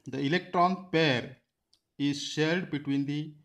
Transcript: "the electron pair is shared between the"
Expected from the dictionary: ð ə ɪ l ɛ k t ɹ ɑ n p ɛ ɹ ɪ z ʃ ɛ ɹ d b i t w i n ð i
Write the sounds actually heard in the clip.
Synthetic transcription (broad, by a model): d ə ɪ l ɛ k t ɹ ɑ n p ɛ ɹ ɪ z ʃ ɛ l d b i t w i n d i